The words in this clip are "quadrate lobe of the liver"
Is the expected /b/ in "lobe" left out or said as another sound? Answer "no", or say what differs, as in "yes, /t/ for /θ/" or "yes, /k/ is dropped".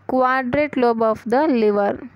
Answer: no